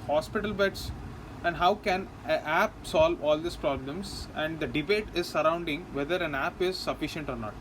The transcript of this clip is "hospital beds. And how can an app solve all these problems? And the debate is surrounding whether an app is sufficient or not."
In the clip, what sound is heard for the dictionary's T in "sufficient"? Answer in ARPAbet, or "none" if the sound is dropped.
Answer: T